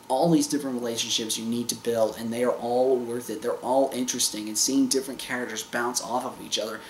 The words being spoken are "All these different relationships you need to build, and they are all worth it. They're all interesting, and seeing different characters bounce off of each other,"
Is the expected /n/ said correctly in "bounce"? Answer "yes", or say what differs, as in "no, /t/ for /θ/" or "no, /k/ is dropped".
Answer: yes